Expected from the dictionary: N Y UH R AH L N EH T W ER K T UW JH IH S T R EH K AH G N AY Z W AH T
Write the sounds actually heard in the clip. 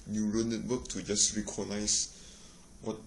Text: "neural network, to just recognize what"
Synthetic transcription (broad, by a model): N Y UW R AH N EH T W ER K T UW JH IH S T R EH K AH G N AY S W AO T